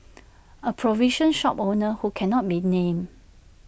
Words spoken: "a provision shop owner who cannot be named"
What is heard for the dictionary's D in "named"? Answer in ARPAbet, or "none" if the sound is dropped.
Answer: none